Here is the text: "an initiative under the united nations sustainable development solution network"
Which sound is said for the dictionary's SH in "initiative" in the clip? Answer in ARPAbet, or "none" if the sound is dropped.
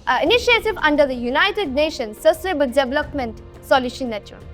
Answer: none